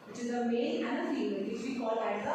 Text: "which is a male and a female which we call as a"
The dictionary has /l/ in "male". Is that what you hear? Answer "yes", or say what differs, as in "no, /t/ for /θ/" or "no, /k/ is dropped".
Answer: no, /n/ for /l/